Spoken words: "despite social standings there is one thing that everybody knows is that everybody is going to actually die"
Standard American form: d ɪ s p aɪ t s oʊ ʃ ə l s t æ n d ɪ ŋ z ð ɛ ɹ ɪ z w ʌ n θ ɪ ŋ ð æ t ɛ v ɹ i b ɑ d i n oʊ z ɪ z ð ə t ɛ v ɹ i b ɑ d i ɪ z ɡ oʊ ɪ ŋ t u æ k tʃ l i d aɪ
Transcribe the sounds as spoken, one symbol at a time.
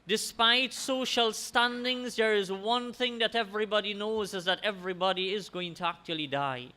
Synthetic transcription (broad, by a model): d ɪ s p aɪ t s oʊ ʃ ə l s t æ n d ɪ ŋ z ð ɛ ɹ ɪ z w ʌ n θ ɪ ŋ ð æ t ɛ v ɹ i b ɑ d i n oʊ z ɪ z ð ə t ɛ v ɹ i b ɑ d i ɪ z ɡ oʊ ɪ ŋ t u æ k tʃ l i d aɪ